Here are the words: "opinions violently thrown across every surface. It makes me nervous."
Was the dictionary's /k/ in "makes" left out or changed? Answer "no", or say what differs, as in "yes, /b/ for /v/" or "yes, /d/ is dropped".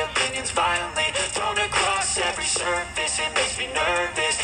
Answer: yes, /k/ is dropped